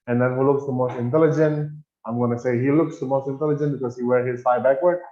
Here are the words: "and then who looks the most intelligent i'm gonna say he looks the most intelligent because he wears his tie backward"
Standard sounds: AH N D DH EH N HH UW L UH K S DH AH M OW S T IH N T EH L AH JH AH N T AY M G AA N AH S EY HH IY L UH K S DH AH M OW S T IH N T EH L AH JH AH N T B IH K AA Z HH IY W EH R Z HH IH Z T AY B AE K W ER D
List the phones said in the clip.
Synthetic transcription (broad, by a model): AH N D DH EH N HH UW L UH K S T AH M OW S T IH N T EH L AH JH AH N T AY M G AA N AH S EY HH IY L UH K S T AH M OW S T IH N T EH L AH JH AH N T B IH K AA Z HH IY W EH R HH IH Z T AY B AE K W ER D